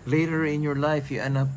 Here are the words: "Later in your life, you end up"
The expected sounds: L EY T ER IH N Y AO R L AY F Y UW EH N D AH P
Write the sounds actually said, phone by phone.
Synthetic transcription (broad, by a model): L EY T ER IH N Y AO R L AY F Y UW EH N AH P